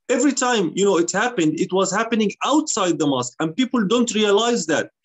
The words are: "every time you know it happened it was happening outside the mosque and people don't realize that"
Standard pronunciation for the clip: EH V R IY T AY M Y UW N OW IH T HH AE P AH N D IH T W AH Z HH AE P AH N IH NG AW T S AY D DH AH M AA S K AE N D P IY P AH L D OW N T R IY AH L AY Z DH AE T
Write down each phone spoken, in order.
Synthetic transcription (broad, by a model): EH V R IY T AY M Y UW N OW IH T HH AE P AH N D IH T W AH Z HH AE P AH N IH NG AW T S AY D DH AH M AA S K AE N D P IY P AH L D OW N T R IY AH L AY Z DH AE T